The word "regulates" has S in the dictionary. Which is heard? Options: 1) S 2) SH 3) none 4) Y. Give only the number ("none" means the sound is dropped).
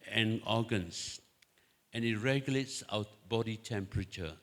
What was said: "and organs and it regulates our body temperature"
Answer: 1